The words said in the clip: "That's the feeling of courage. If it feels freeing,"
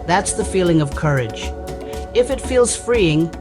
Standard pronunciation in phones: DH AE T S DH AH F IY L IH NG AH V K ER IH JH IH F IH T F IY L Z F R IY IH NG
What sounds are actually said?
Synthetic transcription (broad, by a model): DH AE T S DH AH F IY L IH NG AH V K ER IH JH IH F IH T F IY L Z F R IY IH NG